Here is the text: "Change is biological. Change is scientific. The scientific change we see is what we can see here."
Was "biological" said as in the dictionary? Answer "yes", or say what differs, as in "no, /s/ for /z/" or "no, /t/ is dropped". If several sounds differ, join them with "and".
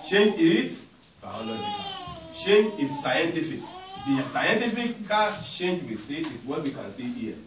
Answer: no, /l/ is dropped and /k/ is dropped